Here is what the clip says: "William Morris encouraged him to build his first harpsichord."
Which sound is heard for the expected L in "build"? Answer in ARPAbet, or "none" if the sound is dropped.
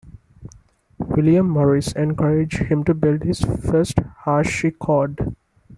L